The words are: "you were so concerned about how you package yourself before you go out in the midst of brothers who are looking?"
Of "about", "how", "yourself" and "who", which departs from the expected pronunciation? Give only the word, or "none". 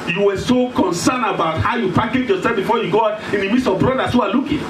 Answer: yourself